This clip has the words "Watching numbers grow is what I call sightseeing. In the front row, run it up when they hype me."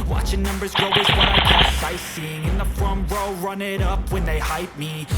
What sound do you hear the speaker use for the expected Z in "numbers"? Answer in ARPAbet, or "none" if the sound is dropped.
Z